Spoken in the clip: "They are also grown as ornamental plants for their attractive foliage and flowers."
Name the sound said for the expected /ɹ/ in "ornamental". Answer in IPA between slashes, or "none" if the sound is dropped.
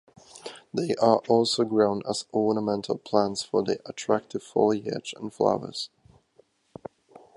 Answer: /ɹ/